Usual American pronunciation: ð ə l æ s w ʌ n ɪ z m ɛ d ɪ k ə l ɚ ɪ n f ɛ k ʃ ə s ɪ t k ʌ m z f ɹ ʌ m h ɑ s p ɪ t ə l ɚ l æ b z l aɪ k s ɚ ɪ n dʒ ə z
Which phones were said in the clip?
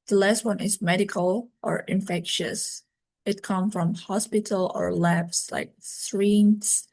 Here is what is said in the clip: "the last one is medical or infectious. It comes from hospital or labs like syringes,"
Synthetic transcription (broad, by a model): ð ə l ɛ s w ʌ n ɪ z m ɛ d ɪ k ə l ɚ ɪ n f ɛ k ʃ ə s ɪ t k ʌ m f ɹ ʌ m h ɑ s p ɪ t ə l ɚ l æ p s l aɪ k s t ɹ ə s